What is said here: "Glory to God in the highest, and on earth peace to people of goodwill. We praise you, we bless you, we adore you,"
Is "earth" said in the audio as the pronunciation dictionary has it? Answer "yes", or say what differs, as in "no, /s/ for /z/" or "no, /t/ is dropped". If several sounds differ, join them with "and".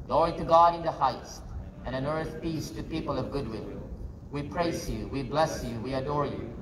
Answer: yes